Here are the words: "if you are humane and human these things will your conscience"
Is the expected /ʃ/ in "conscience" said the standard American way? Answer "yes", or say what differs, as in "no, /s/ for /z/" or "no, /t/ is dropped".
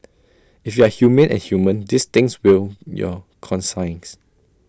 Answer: no, /s/ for /ʃ/